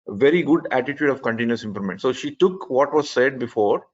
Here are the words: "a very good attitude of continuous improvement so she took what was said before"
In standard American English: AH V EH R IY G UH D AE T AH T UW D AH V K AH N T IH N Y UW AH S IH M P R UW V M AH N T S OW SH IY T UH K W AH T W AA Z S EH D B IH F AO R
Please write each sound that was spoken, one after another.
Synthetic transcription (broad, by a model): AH V EH R IY G UH D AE T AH T UW D AH V K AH N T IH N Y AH S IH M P L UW M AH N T S OW SH IY T UH K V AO T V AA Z S EH D B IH F AO R